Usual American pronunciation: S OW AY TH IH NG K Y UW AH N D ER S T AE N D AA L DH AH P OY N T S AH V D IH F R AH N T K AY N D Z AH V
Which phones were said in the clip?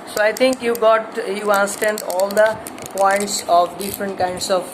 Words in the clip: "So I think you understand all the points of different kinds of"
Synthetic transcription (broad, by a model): S OW AY T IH NG K Y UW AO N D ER S T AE N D AA L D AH P OY N T S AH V D IH F R AH N T K AY N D S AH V